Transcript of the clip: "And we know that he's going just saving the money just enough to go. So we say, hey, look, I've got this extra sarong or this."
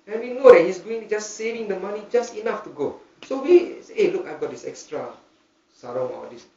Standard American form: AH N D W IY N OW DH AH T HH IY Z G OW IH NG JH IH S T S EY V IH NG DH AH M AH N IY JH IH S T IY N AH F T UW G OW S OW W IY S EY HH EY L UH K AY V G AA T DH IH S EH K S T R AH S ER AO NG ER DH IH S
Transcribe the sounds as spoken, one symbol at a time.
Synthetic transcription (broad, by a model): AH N W IY N OW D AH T HH IY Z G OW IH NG JH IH S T S EY V IH NG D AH M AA N IY JH IH S T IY N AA F T UW G OW S OW W IY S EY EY L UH K AY V G AA T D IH S EH K S T R AH S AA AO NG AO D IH S